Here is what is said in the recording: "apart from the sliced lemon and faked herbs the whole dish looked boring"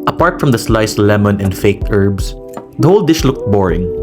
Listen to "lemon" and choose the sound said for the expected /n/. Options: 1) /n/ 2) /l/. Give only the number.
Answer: 1